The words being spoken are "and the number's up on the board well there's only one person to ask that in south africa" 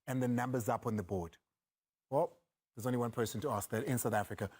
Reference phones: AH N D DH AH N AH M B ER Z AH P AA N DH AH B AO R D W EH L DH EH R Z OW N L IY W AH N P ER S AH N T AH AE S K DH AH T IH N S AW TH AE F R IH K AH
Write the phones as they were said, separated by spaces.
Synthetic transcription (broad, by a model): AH N DH AH N AH M B ER Z AH P N DH AH B AO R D W EH L DH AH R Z OW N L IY W AH N P ER S AH N T AH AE S K DH AH T IH N S AW TH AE F R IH K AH